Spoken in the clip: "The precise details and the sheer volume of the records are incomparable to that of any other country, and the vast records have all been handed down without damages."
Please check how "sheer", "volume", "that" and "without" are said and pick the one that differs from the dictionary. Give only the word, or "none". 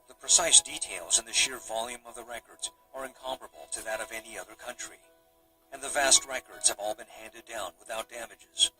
none